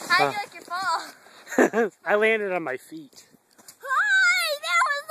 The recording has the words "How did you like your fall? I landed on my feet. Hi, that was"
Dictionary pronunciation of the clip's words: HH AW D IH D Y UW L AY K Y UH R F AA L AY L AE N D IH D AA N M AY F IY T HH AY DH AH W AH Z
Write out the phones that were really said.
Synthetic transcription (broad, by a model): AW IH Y L AY K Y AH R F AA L AY L AE N D IH D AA N M AY F IY T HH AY DH AH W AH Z